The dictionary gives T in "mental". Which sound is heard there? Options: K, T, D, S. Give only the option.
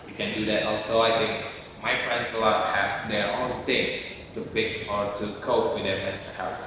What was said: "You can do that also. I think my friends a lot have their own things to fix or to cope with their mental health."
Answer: S